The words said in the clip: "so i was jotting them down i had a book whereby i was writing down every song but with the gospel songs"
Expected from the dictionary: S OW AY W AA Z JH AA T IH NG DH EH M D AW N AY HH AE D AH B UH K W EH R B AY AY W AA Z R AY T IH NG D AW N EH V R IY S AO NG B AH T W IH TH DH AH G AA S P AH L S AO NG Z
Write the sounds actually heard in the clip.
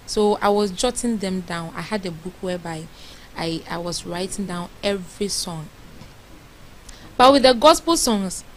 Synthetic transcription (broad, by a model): S OW AY W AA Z JH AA T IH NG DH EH M D AW N AY HH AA D AH B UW K W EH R B AY AY W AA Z R AY T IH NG D AW N EH V R IY S AO NG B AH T W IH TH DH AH G AA S P AH L S AO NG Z